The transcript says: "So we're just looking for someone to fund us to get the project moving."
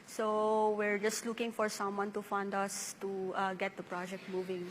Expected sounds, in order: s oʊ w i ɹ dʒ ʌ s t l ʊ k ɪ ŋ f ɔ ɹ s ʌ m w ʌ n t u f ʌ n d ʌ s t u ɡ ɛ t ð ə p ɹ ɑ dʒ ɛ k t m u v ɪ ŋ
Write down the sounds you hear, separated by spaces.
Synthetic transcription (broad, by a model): s oʊ w i ɹ dʒ ʌ s t l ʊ k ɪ ŋ f ɔ ɹ s ʌ m w ʌ n t u f ʌ n d ʌ s t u ɡ ɛ t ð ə p ɹ ɑ dʒ ɛ k t m u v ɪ ŋ